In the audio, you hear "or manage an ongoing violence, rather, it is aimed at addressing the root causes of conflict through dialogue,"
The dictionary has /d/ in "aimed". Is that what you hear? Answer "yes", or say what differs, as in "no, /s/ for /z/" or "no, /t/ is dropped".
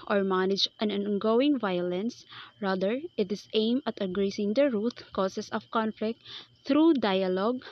no, /d/ is dropped